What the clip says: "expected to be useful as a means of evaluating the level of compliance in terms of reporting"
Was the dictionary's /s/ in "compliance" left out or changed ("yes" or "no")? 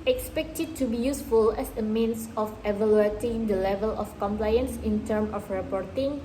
no